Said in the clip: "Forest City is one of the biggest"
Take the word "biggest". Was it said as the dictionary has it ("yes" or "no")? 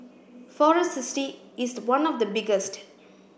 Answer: yes